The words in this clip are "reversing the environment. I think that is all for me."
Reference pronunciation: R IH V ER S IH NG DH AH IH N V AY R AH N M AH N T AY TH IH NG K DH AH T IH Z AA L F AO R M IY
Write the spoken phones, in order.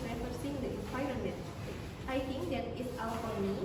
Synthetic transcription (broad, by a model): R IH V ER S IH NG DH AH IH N P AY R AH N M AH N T AY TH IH NG K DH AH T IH S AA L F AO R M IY